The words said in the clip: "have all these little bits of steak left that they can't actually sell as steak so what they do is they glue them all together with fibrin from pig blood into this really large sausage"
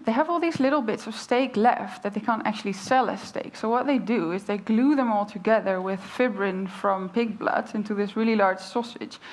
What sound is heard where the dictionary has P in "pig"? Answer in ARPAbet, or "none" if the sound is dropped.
P